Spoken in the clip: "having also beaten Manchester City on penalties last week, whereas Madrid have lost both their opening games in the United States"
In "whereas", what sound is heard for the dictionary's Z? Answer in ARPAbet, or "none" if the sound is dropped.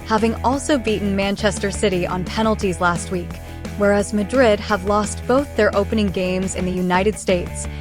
Z